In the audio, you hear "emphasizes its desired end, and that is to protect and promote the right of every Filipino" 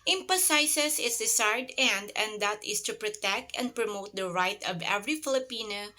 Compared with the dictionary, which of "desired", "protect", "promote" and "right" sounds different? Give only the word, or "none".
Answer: desired